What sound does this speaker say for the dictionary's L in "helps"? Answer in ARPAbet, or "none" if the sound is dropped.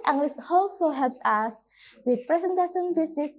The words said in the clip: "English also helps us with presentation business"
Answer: none